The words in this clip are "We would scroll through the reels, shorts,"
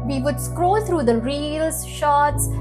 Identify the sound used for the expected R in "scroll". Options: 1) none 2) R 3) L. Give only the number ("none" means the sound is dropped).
2